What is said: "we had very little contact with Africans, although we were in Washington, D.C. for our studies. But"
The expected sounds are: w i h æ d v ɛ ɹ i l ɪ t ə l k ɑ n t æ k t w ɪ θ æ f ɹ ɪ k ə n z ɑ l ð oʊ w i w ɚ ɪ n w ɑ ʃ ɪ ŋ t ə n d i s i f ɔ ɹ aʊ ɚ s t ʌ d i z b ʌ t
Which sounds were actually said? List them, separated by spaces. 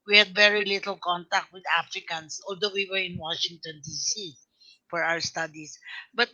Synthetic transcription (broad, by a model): w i h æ d v ɛ ɹ i l ɪ t ə l k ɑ n t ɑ k t w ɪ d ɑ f ɹ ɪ k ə n s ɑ l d oʊ w i w ɚ ɪ n w ɑ ʃ ɪ ŋ t ə n d i s i f ɔ ɹ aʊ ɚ s t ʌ d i s b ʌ t